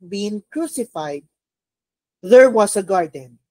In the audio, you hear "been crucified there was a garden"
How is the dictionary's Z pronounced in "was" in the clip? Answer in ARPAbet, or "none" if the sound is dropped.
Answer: S